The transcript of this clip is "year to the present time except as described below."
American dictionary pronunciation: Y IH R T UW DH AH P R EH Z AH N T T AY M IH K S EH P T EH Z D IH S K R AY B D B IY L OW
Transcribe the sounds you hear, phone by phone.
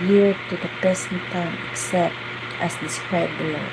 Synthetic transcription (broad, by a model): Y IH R T UW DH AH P EH S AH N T T AY M IH K S EH P T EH S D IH S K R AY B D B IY L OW